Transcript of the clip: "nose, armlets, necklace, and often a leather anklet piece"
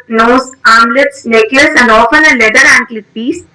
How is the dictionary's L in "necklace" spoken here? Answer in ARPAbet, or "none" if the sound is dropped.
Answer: none